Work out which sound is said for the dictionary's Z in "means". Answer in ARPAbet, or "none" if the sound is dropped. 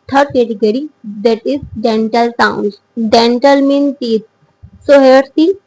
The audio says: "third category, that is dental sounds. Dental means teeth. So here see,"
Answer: none